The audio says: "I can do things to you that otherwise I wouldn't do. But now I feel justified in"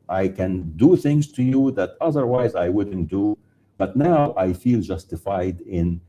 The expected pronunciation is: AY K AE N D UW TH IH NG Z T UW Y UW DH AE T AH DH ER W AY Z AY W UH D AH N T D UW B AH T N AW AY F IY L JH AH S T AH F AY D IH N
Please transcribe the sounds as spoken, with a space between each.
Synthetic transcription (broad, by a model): AY K AE N D UW TH IH NG Z T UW Y UW DH AE T AH DH ER W AY Z AY W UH D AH N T D UW B AH T N AW AY F IY L JH AH S T AH F AY D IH N